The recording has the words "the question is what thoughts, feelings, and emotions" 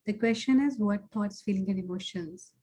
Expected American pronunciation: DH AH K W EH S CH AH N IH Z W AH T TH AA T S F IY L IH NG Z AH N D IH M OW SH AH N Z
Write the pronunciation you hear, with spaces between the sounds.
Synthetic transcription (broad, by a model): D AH K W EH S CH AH N IH Z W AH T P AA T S F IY L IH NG AH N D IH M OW SH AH N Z